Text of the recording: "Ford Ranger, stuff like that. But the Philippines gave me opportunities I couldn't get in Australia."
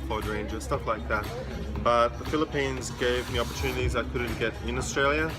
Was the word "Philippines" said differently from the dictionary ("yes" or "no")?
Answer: no